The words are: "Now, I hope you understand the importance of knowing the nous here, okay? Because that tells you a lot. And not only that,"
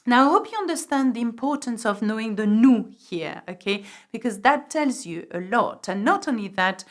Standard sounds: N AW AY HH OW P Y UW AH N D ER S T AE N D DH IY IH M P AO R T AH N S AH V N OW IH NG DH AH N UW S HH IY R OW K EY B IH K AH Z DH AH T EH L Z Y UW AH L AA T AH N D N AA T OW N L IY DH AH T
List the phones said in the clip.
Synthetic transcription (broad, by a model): N AW AY HH OW P Y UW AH N D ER S T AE N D DH IY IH M P AO R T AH N S AH V N OW IH NG DH AH N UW HH IY R OW K EY B IH K AH Z DH AH T EH L Z Y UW AH L AA T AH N N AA T OW N L IY DH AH T